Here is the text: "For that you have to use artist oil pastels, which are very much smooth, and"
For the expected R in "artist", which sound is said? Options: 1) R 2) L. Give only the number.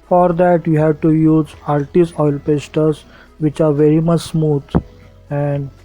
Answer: 2